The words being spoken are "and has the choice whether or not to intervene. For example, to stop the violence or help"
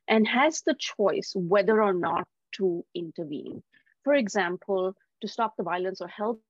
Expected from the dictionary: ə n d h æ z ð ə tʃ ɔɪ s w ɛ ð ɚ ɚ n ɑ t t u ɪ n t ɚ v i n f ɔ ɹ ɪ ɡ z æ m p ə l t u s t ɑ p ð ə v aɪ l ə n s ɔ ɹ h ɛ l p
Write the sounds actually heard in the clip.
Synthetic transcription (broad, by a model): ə n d h æ z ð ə tʃ ɔɪ s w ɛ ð ɚ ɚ n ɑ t t u ɪ n t ɚ v i n f ɔ ɹ ɪ ɡ z æ m p ə l t u s t ɑ p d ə v aɪ l ə n s ɔ ɹ h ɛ l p